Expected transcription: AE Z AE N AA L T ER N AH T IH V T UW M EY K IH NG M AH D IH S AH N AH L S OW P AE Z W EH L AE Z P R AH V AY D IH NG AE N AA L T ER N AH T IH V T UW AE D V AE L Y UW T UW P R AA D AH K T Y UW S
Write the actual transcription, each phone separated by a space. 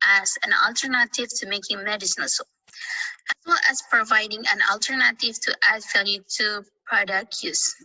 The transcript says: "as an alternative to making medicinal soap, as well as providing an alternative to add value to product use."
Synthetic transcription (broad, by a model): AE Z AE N AA L T ER N AH T IH V T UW M EY K IH NG M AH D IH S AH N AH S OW AE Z W EH L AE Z P R AH V AY D IH NG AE N AA L T ER N AH T IH V T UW AE D F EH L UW T UW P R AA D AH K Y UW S